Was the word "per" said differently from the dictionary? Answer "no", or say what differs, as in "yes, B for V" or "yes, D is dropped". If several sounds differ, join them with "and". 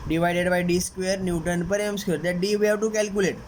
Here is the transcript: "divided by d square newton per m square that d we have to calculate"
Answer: no